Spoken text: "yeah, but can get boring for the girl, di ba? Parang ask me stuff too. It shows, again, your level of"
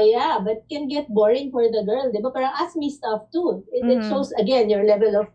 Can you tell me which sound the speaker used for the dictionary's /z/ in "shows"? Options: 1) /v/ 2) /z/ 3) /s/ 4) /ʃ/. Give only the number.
3